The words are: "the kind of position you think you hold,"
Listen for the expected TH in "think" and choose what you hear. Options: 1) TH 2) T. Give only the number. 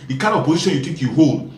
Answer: 2